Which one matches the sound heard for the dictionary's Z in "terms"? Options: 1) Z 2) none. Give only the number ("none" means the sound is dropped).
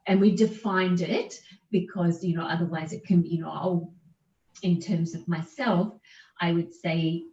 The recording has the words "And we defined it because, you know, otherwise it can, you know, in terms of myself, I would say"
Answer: 1